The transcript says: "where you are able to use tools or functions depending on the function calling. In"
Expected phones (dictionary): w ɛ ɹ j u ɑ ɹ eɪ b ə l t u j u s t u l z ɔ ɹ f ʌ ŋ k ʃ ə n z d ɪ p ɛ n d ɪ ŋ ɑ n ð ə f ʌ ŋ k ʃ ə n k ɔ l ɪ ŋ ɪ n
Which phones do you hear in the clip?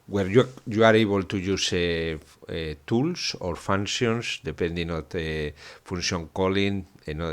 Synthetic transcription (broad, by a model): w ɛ ɹ j u ɑ ɹ eɪ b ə l t u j u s t u l s ɔ ɹ f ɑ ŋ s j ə n s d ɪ p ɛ n d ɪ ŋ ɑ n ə f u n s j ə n k ɔ l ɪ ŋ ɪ n